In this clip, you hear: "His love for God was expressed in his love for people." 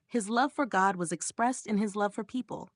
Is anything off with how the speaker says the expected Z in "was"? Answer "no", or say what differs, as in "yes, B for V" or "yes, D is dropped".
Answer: no